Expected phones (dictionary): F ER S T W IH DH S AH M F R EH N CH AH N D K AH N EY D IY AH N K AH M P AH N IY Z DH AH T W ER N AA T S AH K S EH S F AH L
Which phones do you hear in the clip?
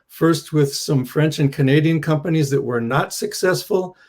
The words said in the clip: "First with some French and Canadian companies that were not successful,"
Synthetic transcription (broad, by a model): F ER S T W IH DH S AH M F R EH N CH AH N K AH N EY D IY AH N K AH M P AH N IY Z DH AH T W ER N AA T S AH K S EH S F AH L